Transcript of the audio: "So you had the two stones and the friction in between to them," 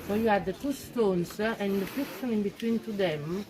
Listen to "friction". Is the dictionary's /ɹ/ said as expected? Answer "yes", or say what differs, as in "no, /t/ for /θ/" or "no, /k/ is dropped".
no, /ɹ/ is dropped